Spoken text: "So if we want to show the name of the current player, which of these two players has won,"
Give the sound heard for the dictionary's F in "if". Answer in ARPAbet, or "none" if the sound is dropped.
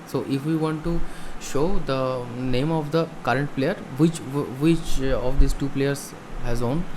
F